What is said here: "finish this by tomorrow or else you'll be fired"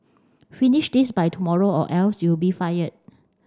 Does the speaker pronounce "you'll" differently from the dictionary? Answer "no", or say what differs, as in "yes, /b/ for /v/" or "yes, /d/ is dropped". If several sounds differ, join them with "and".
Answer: yes, /w/ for /l/